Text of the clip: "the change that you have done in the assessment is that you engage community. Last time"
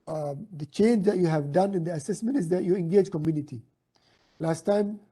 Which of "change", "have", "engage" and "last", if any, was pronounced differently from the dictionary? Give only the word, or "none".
none